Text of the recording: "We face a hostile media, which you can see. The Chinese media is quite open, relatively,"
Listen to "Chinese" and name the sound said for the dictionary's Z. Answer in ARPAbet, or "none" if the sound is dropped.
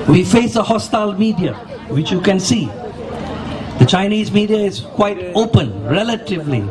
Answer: Z